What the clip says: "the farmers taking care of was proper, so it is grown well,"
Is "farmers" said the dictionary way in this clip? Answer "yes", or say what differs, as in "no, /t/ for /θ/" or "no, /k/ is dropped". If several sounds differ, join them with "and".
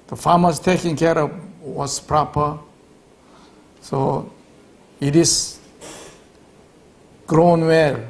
no, /s/ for /z/